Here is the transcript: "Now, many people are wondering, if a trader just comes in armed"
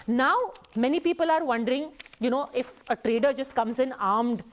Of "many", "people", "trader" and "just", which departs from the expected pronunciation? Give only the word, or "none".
none